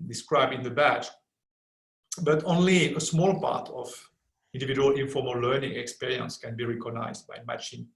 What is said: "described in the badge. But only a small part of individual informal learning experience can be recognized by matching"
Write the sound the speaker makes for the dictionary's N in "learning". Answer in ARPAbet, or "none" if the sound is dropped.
N